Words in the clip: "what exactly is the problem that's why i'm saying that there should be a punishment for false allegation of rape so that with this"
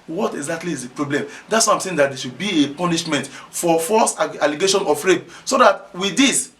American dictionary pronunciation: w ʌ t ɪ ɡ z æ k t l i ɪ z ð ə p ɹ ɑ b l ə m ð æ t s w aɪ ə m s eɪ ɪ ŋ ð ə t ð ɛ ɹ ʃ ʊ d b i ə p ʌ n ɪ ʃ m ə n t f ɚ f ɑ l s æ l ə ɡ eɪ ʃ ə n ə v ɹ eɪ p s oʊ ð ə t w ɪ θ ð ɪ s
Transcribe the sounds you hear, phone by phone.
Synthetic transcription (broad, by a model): w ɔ t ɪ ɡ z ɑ k t l i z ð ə p ɹ ɑ b l ə m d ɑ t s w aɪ ə m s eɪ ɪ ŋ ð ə t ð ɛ ʃ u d b i ə p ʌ n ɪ ʃ m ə n t f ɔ f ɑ s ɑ l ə ɡ eɪ ʃ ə n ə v ɹ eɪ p s oʊ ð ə t w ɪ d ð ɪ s